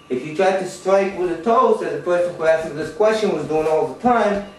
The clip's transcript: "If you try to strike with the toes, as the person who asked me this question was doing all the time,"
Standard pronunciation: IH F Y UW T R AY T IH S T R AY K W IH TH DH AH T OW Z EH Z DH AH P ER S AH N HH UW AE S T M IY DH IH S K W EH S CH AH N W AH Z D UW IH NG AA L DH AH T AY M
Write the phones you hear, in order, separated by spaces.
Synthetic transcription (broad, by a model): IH F Y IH T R AY T IH S T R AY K W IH DH AH T OW S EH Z DH AH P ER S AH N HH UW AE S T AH DH IH S K W EH S CH AH N W AH Z D UW IH NG AA L DH AH T AY M